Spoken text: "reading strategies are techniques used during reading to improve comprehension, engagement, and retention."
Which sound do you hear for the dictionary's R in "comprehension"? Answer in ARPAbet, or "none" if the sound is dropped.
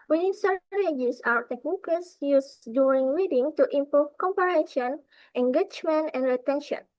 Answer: none